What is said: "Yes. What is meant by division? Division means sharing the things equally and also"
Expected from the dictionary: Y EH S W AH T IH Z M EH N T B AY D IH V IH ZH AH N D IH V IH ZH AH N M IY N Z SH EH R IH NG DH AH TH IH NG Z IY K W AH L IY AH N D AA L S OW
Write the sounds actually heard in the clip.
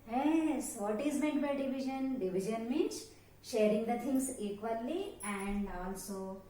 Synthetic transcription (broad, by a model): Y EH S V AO T IH Z M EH T B AY D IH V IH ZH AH N D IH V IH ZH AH N M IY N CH SH EH R IH NG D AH T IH NG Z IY K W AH L IY AH N D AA L S OW